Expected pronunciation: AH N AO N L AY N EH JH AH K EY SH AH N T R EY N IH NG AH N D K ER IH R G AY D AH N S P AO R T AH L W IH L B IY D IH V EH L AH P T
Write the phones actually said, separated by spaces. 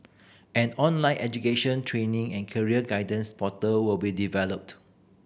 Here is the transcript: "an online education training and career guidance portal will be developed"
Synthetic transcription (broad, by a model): AH N AO N L AY N EH JH AH K EY SH AH N T R EY N IH NG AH N K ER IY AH G AY D AH N S P AO T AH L W IH L B IY D IH V EH L AH P T